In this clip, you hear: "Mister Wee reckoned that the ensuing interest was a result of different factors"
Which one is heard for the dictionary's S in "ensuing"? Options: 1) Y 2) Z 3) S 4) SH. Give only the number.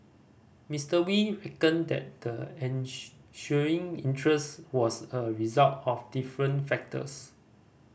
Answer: 4